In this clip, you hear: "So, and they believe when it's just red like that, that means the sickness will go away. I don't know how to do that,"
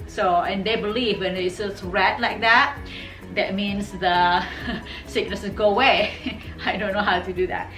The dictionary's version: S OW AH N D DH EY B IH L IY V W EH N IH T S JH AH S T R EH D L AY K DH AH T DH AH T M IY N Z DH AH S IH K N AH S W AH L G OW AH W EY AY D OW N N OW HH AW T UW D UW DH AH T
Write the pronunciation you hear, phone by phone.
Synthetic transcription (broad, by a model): S OW AH N D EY B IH L IY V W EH N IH S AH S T R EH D L AY K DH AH T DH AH T M IY N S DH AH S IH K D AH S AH N G OW AH W EY AY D OW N N OW HH AW T UW D UW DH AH T